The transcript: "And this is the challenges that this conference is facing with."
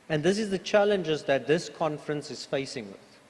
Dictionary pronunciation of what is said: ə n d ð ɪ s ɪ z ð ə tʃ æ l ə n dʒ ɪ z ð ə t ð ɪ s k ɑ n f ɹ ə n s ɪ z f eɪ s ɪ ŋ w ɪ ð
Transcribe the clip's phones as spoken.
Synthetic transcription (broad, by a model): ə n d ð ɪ s ɪ z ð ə tʃ æ l ə n dʒ ɪ z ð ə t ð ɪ s k ɑ n f ɹ ə n s ɪ z f eɪ s ɪ ŋ w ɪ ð